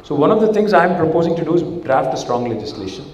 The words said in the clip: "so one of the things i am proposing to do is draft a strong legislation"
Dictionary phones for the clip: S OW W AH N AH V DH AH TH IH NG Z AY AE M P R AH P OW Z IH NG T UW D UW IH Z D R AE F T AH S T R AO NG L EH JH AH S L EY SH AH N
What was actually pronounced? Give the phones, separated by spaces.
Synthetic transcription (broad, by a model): S OW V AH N AH V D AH T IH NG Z AY M P R AH P OW Z IH NG T UW D UW IH Z D R AE F T AH S T R AO NG L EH JH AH S L EY SH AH N